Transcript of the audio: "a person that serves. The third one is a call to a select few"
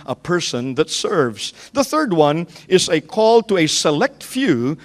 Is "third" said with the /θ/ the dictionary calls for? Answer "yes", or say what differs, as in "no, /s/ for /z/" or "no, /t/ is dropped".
yes